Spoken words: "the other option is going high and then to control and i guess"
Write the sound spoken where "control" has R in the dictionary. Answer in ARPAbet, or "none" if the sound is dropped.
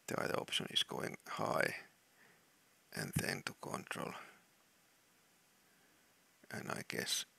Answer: R